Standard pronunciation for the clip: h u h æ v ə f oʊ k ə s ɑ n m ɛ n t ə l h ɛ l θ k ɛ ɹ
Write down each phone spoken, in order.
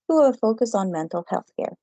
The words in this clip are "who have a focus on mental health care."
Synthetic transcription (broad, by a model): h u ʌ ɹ f oʊ k ə s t n m ɛ n t l h ɛ l θ k ɛ ɹ